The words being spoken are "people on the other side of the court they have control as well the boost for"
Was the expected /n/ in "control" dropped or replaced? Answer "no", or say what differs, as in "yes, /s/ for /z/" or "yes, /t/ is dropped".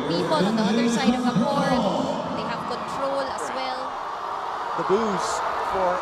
no